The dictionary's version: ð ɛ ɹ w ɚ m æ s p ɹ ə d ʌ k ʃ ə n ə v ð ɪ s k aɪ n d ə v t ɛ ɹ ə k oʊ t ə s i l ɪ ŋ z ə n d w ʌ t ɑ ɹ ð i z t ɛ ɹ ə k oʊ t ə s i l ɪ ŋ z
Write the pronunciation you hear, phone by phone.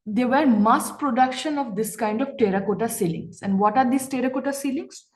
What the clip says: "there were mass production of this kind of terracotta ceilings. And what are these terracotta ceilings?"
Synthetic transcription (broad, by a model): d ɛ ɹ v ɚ m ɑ s p ɹ ə d ʌ k ʃ ə n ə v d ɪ s k aɪ n d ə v t ɛ ɹ ə k oʊ t ə s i l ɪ ŋ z ə n d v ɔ t ɑ ɹ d i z t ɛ ɹ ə k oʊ t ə s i l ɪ ŋ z